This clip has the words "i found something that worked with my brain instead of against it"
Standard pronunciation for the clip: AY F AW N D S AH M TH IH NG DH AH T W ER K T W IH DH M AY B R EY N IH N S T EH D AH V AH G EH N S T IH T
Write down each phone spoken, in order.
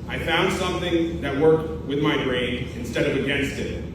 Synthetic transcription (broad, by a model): AY F AW N D S AH M TH IH NG DH AH T W ER K T W IH DH M AY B R EY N IH N S T EH D AH V AH G EH N S T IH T